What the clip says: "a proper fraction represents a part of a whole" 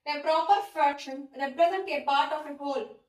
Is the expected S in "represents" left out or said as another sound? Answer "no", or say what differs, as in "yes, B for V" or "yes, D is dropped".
yes, S is dropped